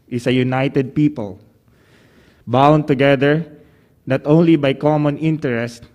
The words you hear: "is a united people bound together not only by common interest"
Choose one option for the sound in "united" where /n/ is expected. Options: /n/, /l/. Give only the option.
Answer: /n/